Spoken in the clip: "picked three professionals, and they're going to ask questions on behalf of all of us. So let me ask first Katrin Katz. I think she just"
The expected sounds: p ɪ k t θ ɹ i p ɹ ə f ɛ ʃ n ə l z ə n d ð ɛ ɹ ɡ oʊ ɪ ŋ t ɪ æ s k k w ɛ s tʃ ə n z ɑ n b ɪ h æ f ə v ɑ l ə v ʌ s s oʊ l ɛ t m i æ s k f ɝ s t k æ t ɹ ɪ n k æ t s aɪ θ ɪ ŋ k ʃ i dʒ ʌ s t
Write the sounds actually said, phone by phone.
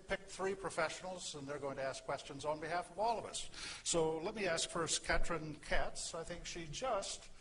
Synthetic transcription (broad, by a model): p ɪ k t θ ɹ i p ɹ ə f ɛ ʃ n l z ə n ð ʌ ɹ ɡ oʊ ɪ ŋ t ɪ æ s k k w ɛ s tʃ ə n z n b ɪ h æ f ə v ɑ l ə v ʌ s s oʊ l ɛ t m i æ s k f ɝ s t k æ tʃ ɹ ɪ n k æ t s aɪ θ ɪ ŋ k ʃ i dʒ ʌ s t